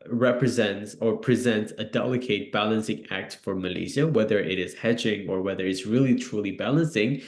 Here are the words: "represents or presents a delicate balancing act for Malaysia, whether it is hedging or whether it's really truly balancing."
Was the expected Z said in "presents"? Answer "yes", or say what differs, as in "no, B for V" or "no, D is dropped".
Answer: yes